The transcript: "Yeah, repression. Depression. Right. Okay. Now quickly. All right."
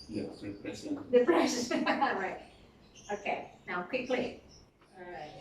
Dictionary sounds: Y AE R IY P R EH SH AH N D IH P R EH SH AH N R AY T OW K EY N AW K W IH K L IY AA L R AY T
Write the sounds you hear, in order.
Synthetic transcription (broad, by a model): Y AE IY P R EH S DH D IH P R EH S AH R AY T OW K EY N AW K W IH K L IY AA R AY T